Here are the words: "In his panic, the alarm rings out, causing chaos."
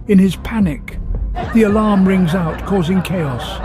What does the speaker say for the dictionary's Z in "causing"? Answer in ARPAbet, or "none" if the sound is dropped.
Z